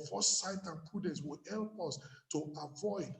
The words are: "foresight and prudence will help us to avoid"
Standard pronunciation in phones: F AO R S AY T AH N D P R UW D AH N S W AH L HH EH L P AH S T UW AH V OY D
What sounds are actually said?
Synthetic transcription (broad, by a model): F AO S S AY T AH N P UW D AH S W AH L HH EH L P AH S T UW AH V OY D